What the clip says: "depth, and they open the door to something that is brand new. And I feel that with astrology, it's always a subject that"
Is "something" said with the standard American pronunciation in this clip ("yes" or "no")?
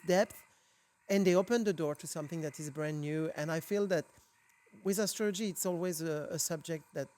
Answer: yes